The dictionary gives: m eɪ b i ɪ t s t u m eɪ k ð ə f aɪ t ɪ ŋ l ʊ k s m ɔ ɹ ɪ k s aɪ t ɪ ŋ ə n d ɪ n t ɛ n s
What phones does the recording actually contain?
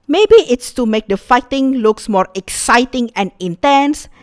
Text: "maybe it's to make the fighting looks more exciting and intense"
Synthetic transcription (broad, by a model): m eɪ b i ɪ t s t u m eɪ k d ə f aɪ t ɪ ŋ l ʊ k s m ɔ ɹ ɪ k s aɪ t ɪ ŋ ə n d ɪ n t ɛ n s